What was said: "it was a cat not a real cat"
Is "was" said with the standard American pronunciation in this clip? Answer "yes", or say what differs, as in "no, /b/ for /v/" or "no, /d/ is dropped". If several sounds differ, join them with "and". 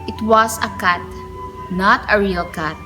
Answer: no, /s/ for /z/